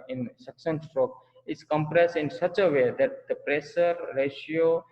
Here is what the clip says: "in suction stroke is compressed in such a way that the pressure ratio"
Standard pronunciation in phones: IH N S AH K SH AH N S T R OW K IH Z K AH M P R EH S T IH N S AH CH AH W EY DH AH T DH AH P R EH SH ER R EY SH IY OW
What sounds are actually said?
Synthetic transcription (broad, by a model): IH N S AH K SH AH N S T R OW K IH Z K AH M P R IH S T IH N S AH CH AH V EY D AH T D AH P R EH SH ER R EY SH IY OW